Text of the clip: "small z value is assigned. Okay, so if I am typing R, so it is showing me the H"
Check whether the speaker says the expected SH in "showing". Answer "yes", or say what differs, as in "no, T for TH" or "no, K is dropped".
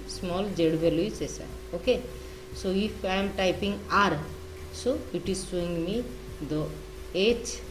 no, S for SH